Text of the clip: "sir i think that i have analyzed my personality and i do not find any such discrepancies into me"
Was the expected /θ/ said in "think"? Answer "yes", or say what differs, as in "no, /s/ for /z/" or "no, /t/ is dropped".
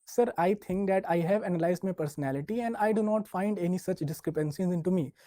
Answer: no, /t/ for /θ/